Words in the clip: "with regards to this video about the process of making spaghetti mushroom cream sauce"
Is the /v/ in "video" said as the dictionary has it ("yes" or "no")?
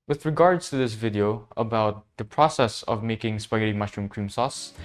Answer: yes